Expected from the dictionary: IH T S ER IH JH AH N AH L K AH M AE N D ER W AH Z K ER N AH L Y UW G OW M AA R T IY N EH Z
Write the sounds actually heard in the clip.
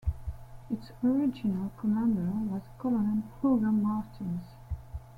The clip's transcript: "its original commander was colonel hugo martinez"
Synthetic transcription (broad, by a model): IH T S ER IH JH AH N AH L K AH M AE N D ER W AH Z K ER L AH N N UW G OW M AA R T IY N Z